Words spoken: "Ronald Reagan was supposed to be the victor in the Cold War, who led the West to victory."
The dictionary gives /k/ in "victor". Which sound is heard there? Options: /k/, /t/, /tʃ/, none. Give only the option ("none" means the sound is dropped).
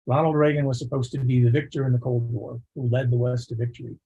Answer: /k/